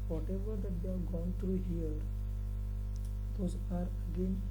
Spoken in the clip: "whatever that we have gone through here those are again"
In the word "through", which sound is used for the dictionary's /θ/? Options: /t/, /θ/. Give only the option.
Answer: /t/